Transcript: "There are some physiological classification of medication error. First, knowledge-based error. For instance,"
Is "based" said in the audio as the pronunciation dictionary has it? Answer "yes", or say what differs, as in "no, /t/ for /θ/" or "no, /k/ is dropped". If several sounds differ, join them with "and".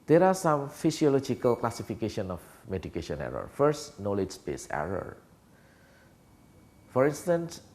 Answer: no, /t/ is dropped